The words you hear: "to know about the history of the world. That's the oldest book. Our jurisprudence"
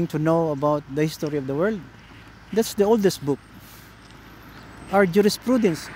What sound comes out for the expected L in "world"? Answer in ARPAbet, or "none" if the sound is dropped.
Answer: L